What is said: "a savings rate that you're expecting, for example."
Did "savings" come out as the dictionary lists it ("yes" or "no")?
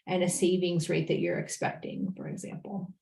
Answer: yes